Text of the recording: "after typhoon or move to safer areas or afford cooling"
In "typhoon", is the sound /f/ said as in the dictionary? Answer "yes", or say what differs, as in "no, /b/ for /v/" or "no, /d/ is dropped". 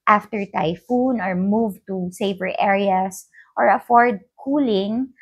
yes